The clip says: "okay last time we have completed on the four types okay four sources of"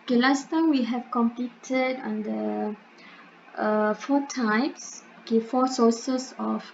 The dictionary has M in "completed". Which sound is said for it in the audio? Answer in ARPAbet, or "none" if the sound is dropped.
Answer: M